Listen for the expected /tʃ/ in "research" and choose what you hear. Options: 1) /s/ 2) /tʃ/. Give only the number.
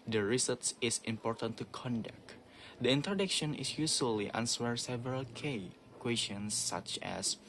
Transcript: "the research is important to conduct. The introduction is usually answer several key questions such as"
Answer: 1